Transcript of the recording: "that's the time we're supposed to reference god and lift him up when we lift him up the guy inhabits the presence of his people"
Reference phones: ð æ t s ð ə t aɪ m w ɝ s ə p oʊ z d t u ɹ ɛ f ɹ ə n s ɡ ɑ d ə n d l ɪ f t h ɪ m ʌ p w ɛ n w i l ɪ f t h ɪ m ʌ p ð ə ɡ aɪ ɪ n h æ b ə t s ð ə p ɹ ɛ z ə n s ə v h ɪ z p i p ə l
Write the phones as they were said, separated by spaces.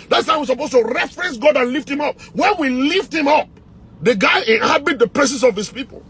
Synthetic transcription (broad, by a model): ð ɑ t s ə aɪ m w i s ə p oʊ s t u ɹ ɛ f ɹ ə n s ɡ ɑ d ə n l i f t h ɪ m ʌ p w ɛ n w i l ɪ f t h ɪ m ʌ p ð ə ɡ aɪ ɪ n h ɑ b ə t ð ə p ɹ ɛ s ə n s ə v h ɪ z p i p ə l